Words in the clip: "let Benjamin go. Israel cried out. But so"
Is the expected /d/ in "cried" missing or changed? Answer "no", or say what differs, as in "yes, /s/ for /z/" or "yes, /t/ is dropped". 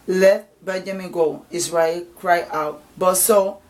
yes, /d/ is dropped